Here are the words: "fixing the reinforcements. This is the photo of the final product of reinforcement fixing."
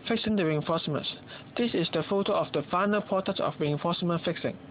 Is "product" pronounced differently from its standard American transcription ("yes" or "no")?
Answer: yes